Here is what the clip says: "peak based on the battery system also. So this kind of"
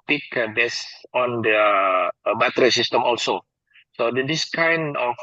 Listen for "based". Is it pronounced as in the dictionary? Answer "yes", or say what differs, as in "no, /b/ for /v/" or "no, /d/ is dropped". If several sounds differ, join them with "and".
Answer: no, /t/ is dropped